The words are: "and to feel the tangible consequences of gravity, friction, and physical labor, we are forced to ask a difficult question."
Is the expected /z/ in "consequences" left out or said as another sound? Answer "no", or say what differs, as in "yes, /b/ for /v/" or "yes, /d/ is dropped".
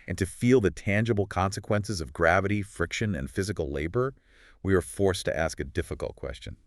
no